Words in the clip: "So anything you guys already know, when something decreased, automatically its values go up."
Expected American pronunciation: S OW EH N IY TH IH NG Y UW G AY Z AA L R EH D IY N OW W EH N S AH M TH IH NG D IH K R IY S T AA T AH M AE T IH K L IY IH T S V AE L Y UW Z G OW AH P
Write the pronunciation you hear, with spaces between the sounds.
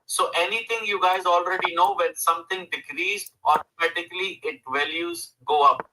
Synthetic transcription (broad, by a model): S OW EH N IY T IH NG Y UW G AY Z AA L R EH D IY N OW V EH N S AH M T IH NG D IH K R IY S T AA T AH M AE T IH K L IY IH T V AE L Y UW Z G OW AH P